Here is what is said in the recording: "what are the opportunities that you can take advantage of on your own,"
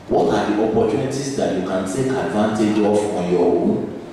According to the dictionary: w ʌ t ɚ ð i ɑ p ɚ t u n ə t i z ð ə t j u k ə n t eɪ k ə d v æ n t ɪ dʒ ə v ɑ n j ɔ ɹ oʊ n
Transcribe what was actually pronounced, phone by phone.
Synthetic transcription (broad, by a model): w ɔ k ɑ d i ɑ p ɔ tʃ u n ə t i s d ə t j u k ə n t eɪ k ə d v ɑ n t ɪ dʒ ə f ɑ j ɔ w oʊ